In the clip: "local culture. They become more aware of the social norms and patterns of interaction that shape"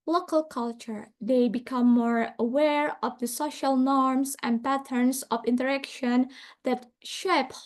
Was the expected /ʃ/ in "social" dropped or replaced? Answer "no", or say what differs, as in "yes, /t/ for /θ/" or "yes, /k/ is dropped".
no